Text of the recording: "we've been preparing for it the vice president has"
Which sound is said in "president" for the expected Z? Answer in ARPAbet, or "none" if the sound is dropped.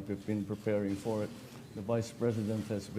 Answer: Z